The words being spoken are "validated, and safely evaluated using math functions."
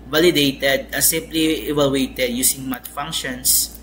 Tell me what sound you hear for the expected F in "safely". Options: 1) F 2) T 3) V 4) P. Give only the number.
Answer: 4